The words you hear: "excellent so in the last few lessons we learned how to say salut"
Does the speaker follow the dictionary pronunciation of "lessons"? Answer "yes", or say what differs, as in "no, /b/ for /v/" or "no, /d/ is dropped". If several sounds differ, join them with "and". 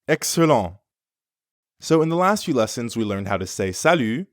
yes